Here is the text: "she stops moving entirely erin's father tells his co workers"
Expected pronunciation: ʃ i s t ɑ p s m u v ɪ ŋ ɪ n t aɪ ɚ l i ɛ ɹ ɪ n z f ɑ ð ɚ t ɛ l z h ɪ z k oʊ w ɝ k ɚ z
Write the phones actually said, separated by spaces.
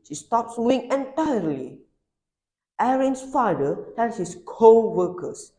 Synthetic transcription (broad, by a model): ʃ i s t ɑ p s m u ɪ ŋ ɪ n t aɪ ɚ l i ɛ ɹ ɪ n s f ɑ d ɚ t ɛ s h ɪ s k oʊ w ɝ k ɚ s